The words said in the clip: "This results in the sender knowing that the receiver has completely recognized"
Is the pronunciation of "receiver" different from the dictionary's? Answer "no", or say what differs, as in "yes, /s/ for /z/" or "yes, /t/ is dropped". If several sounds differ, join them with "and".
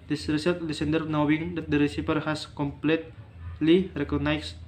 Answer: yes, /p/ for /v/